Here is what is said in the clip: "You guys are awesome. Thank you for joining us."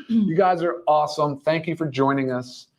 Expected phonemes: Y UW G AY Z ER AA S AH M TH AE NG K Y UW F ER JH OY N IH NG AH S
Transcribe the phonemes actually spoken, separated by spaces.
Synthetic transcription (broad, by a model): Y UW G AY Z ER AA S AH M TH AE NG K Y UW F ER JH OY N IH NG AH S